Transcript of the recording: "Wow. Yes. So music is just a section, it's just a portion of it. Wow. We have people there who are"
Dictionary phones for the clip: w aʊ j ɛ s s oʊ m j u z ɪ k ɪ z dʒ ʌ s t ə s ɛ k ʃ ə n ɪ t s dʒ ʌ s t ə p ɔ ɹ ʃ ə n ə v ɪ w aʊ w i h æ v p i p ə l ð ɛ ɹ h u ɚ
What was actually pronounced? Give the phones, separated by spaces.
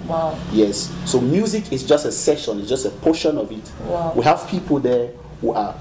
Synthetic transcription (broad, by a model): w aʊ j ɛ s s oʊ m j u z ɪ k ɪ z dʒ ʌ s t ə s ɛ ʃ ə n ɪ t s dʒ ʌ s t ə p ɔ ʃ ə n ə v ɪ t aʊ w i h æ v p i p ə l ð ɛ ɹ h u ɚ